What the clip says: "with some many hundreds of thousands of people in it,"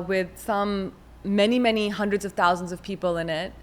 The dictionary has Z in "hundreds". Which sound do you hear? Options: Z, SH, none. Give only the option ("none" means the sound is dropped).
Z